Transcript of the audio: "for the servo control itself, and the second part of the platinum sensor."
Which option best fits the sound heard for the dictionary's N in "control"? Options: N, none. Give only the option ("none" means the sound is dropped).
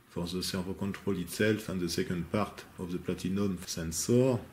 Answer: none